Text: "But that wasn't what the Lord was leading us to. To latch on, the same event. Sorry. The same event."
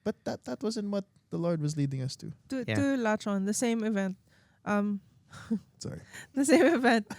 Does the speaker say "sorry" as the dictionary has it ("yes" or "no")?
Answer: yes